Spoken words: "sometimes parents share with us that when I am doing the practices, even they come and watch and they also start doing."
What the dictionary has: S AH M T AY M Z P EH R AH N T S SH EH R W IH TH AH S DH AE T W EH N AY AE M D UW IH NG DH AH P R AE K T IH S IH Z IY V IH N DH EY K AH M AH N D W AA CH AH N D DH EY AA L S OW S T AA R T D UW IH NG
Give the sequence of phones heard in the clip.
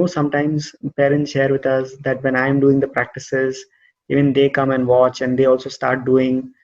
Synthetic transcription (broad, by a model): S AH M T AY M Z P EH R AH N T S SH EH R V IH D AH S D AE T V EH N AY M D UW IH NG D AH P R AE K T IH S IH Z IY V IH N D EY K AH M AH N D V AA CH AH N D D EY AA L S OW S T AA R T D UW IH NG